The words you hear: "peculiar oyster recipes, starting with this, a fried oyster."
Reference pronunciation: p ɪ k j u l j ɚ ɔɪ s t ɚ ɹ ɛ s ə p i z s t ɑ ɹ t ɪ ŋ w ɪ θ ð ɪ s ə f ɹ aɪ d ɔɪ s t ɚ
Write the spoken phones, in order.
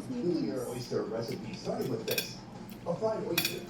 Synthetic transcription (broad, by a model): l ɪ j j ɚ ɔɪ s t ɚ ɹ ɛ s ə p i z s t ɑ ɹ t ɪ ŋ w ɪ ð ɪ s ə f aɪ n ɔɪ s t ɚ